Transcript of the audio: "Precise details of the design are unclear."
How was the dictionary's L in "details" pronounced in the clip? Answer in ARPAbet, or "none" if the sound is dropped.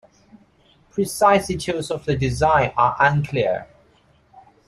none